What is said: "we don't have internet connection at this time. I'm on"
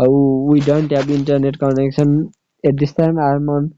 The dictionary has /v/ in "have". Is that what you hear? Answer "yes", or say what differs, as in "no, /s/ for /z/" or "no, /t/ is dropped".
no, /b/ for /v/